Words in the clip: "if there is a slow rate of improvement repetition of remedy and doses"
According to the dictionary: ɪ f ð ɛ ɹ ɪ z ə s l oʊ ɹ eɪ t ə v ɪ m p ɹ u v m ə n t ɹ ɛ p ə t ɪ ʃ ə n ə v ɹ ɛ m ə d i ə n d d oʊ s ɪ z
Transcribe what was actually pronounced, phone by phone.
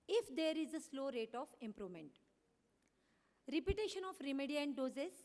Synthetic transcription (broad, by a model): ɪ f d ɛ ɹ ɪ z ə s l oʊ ɹ eɪ t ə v ɪ m p ɹ u v m ə n t ɹ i p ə t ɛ ʃ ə n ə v ɹ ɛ m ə d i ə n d d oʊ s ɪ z